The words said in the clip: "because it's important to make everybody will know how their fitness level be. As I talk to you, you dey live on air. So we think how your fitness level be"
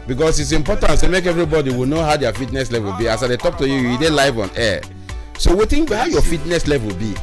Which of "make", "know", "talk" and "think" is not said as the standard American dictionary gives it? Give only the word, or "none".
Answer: think